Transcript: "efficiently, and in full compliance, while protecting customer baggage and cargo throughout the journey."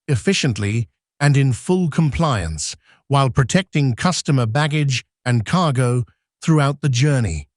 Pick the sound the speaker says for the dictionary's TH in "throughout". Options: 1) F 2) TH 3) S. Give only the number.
2